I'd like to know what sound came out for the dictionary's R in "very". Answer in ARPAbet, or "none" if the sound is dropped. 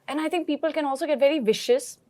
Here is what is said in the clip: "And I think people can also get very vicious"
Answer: R